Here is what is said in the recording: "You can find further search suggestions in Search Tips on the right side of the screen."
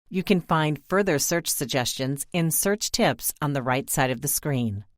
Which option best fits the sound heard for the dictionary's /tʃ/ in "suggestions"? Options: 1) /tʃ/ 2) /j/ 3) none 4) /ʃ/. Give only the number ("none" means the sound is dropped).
1